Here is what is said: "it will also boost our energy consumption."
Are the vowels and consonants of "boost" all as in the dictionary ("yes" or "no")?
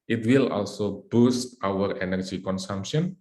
yes